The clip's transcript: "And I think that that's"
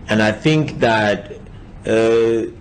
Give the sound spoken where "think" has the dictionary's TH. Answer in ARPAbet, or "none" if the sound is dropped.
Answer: TH